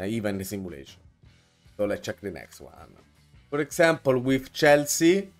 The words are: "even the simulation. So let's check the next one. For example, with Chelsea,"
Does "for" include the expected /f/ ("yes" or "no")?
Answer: no